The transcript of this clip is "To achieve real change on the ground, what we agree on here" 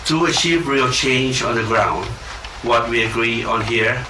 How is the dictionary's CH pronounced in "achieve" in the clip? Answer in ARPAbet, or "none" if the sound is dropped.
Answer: SH